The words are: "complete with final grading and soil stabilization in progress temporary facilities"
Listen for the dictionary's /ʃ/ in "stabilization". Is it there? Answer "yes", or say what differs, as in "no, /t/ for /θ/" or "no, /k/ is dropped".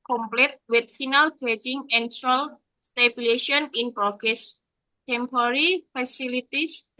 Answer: no, /ʃ/ is dropped